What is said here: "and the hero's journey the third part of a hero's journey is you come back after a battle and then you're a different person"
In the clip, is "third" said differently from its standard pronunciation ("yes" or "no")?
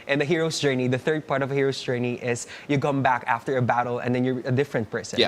no